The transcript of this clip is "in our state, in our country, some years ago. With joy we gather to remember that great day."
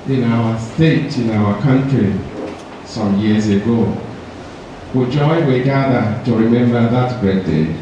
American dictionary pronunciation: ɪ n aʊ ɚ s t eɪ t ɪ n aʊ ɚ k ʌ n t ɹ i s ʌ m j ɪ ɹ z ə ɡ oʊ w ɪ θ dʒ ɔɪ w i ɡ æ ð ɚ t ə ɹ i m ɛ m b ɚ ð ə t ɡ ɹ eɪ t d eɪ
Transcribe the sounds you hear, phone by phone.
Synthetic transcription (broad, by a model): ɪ n aʊ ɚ s t eɪ t ɪ n aʊ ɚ k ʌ n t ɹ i s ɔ m j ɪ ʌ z ə ɡ oʊ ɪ dʒ ɔɪ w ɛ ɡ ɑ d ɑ t ə ɹ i m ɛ m b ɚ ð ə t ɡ eɪ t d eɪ